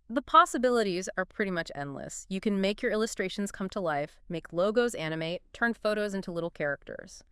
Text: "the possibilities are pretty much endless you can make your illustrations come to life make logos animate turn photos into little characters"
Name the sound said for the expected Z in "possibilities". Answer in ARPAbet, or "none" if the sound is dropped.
Z